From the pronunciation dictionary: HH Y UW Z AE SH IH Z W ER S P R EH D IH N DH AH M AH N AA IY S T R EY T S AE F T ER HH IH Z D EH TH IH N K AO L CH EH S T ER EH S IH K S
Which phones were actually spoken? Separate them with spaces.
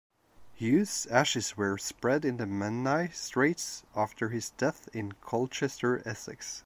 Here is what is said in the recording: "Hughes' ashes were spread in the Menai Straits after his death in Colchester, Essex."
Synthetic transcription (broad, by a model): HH Y UW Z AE SH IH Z W ER S P R EH D IH N DH AH M AH N AA IY S T R EY T S AE F T ER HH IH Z D EH TH IH N K AO L CH EH S T ER EH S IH K S